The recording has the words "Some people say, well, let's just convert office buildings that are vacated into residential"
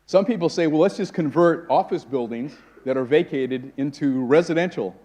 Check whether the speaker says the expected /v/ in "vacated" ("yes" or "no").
yes